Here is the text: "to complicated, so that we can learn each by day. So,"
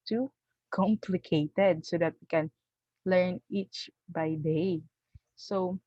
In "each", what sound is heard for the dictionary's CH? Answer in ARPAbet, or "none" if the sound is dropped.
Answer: CH